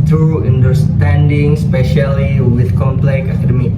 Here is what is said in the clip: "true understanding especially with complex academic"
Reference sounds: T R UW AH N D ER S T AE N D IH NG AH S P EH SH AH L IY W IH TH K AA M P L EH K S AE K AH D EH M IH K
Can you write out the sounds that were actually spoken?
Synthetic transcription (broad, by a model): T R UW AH N D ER S T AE N D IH NG S P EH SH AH L IY W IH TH K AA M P L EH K AA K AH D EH M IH